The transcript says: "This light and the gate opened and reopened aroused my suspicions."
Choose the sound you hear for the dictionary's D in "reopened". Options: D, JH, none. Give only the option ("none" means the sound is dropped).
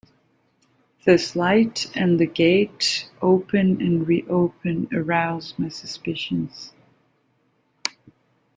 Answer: none